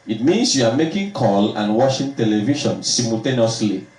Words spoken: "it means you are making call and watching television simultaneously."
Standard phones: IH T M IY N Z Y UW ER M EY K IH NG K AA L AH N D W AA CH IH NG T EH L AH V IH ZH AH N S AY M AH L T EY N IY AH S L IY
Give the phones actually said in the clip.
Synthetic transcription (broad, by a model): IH T M IY N S Y UW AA M EY K IH NG K AA L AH N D W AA SH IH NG T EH L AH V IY SH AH N S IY M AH L T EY N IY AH S L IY